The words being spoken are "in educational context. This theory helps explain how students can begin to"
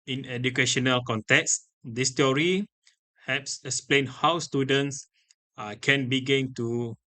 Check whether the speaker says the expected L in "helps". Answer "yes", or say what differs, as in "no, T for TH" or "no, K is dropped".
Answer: no, L is dropped